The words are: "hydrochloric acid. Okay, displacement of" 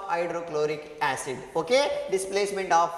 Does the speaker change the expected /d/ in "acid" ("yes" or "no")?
no